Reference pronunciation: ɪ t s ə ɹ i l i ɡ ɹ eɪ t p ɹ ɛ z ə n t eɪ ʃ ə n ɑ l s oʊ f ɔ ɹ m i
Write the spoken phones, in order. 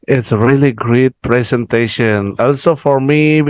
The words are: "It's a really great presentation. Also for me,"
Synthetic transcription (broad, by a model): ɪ t s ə ɹ i l i ɡ ɹ eɪ t p ɹ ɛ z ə n t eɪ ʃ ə n ɑ l s oʊ f ɔ ɹ m i